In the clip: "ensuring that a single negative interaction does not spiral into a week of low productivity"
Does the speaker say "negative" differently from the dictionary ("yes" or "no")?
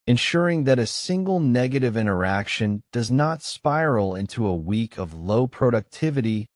no